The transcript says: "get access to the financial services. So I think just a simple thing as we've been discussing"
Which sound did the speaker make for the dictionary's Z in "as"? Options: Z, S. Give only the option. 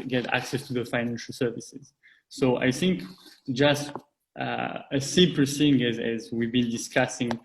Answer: Z